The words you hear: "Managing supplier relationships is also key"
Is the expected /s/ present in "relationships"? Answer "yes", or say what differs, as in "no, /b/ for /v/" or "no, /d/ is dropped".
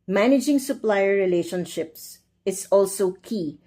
yes